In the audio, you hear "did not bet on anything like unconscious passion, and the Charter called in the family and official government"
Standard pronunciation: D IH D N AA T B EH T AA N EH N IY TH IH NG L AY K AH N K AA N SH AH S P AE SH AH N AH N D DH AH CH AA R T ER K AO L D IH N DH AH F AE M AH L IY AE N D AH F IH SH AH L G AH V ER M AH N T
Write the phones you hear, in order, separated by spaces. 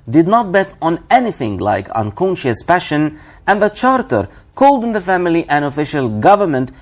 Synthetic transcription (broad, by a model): D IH D N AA T B EH T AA N EH N IY TH IH NG L AY K AH N K AA N SH AH S P AE SH AH N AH N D DH AH CH AA R T ER K AO L D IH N DH AH F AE M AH L IY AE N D AH F IH SH AH L G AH V ER M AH N T